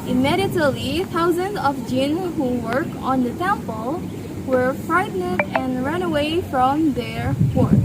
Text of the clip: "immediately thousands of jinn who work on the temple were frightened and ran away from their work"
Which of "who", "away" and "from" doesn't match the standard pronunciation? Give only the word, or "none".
none